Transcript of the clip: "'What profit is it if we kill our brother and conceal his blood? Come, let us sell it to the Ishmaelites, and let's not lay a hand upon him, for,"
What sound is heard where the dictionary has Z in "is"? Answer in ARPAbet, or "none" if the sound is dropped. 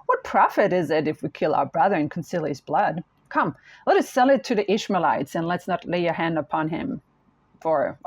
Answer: Z